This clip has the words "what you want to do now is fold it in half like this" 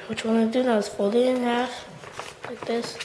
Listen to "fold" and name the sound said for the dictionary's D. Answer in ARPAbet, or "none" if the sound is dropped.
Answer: none